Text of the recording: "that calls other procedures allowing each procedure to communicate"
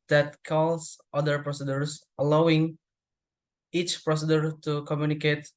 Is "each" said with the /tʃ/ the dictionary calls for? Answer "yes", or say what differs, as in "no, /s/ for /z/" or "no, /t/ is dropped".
yes